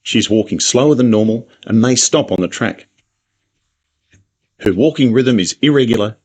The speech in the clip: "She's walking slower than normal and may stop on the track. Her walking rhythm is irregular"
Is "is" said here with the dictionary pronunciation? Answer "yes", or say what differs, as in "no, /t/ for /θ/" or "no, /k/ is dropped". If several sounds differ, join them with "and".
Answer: yes